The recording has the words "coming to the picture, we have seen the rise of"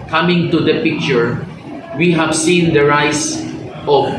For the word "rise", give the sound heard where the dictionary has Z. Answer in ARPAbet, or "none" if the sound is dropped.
S